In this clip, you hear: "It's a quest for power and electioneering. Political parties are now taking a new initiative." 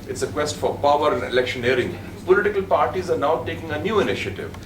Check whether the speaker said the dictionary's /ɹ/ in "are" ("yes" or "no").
yes